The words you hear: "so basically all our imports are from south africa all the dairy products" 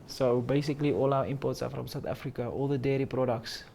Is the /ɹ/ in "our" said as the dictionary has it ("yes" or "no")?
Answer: no